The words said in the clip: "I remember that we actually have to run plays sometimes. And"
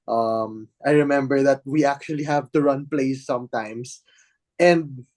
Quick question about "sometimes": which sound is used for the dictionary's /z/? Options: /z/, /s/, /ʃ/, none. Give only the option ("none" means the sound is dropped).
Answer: /s/